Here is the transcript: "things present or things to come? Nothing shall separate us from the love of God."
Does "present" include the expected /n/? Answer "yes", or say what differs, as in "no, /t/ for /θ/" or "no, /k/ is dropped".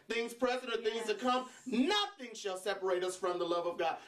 no, /n/ is dropped